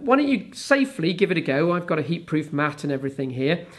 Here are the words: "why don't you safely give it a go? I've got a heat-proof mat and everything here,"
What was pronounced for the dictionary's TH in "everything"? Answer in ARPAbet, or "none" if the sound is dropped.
TH